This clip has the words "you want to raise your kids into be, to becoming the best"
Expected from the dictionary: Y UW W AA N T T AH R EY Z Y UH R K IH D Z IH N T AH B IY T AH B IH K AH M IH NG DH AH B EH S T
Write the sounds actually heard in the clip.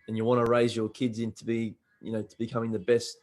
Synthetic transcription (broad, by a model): Y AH W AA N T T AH R EY Z Y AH R K IH D Z IH N T AH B IY T AH B IH K AH M IH NG DH AH B EH S T